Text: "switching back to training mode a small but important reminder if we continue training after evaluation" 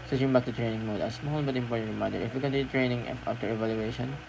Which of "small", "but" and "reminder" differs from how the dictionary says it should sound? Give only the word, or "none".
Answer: reminder